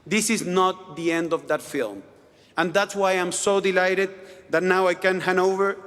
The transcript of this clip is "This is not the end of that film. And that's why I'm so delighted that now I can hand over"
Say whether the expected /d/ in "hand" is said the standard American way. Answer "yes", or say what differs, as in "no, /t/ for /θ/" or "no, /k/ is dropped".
no, /d/ is dropped